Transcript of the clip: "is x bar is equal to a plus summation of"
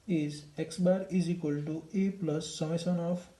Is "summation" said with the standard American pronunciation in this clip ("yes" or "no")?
no